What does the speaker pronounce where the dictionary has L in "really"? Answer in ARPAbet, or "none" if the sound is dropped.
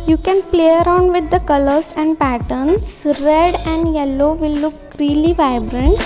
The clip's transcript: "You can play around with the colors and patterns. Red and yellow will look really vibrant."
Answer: L